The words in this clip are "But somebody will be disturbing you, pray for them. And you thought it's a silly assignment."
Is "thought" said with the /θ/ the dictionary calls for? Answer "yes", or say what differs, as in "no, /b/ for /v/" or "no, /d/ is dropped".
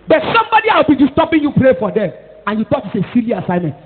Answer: no, /t/ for /θ/